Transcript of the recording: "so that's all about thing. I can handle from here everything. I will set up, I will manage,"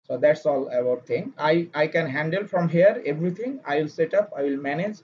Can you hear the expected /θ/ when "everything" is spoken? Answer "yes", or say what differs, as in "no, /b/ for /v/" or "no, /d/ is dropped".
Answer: no, /t/ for /θ/